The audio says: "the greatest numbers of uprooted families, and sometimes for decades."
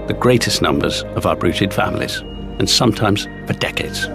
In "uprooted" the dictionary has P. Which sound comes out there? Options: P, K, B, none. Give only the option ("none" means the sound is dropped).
B